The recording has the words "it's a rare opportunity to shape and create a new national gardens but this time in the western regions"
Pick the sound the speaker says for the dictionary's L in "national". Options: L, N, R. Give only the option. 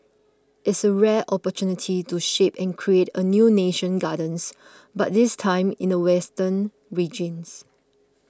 N